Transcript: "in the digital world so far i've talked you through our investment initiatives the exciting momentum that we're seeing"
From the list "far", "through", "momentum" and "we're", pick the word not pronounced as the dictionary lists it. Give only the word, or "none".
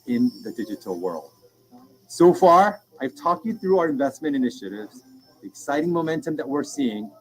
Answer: none